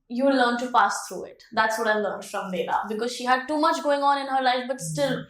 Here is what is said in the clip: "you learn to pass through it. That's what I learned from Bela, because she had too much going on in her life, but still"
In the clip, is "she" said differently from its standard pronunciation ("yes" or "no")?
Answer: no